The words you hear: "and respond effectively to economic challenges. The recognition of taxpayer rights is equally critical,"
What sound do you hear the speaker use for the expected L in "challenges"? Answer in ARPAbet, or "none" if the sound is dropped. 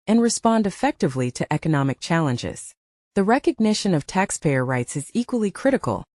L